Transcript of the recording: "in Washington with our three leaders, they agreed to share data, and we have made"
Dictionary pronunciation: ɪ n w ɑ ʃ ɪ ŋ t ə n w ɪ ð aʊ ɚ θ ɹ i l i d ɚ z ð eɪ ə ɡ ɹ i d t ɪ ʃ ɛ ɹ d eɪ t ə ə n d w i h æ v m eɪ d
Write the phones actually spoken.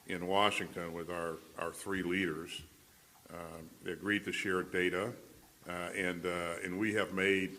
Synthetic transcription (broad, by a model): ɪ n w ɑ ʃ ɪ ŋ t ə n w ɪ ð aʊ ɚ θ ɹ i l i d ɚ z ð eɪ ə ɡ ɹ i d t ɪ ʃ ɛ ɹ d eɪ t ə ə n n w i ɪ v m eɪ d